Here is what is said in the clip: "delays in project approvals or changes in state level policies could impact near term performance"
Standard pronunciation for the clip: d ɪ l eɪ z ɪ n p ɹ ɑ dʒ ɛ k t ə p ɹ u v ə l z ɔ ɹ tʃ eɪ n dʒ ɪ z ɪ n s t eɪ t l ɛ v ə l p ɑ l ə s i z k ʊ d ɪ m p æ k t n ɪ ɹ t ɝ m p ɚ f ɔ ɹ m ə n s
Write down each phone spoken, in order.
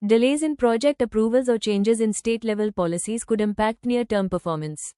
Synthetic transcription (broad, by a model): d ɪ l eɪ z ɪ n p ɹ ɑ dʒ ɛ k t ə p ɹ u v ə l z ɔ ɹ tʃ eɪ n dʒ ɪ z ɪ n s t eɪ t l ɛ v ə l p ɑ l ə s i z k ʊ d ɪ m p æ k t n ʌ ɹ t ɝ m p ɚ f ɔ ɹ m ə n s